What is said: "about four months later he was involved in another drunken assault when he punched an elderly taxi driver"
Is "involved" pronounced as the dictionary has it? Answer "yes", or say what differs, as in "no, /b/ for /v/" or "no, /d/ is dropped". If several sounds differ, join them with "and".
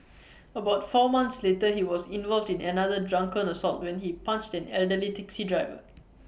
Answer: yes